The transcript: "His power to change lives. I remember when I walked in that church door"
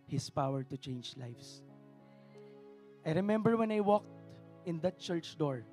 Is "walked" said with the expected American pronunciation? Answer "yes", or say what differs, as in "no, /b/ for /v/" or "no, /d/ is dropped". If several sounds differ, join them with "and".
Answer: yes